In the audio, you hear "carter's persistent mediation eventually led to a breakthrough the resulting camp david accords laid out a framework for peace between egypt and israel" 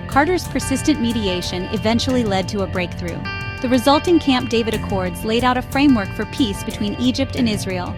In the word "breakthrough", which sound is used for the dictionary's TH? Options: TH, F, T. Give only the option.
TH